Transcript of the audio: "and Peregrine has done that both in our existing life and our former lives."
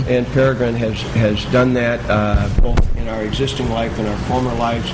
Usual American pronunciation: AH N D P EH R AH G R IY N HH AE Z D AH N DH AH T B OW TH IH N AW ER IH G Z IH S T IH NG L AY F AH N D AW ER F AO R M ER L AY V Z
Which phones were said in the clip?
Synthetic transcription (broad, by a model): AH N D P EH R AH G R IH N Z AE Z D AH N DH AH T B OW TH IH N AW ER IH G Z IH S T IH NG L AY F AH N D AW ER F AO R M ER L AY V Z